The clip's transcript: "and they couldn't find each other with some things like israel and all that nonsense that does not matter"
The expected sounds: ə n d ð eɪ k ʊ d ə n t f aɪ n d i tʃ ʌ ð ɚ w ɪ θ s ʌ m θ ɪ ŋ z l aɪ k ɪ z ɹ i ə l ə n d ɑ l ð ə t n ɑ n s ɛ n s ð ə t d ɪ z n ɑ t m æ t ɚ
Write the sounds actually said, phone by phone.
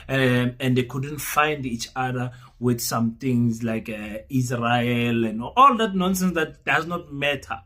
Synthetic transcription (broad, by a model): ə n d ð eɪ k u d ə n t f aɪ n d i tʃ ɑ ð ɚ w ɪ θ s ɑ m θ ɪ ŋ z l aɪ k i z ɹ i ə l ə n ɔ ɑ l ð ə t n ɑ n s ɛ n s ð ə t d ɪ z n ɑ t m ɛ t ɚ